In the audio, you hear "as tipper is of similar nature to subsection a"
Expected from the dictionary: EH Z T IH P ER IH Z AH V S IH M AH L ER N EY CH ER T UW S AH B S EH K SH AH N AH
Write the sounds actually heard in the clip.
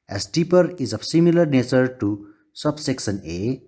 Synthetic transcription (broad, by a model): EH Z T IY P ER IH Z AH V S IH M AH L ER N EY CH ER T UW S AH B S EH K S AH N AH